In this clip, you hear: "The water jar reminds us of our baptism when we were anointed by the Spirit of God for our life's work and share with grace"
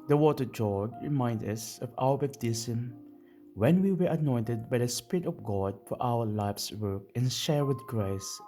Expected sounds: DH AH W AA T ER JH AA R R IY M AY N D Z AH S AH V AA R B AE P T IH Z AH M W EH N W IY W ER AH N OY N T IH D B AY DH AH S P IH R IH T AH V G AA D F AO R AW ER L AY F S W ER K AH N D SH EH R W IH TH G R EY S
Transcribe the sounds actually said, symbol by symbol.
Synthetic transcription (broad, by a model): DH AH W AA T ER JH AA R R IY M AY N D AH S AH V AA L B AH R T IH S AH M W EH N W IY W ER AH N OY N T IH D B AY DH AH S P IH R IH T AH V G AA D F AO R AW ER L AY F S W ER K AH N SH EH R W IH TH G R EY S